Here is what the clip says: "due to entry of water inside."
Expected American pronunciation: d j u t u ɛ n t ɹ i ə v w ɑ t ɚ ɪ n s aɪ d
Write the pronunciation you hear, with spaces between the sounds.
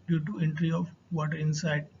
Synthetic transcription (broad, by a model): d j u t u ɛ n t ɹ i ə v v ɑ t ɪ n s aɪ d